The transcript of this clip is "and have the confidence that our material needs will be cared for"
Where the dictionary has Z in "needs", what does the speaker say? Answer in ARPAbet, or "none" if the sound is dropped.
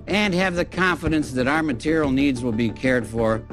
Z